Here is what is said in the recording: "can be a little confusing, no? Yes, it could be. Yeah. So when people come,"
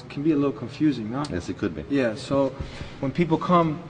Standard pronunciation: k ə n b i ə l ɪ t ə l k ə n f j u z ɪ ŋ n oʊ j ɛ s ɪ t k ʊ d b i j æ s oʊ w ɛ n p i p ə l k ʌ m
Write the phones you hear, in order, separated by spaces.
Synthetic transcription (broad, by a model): k n b i ə l ɪ t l k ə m f j u z ɪ ŋ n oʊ j ɛ s ɪ t k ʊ d b i j æ s oʊ w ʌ n p i p l k ʌ m